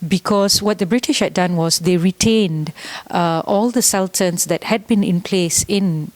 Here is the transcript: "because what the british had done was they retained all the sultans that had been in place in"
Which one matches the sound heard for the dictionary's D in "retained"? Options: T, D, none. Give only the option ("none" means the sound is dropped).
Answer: D